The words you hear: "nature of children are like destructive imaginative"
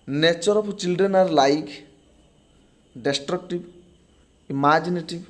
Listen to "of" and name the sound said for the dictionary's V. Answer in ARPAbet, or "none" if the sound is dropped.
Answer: P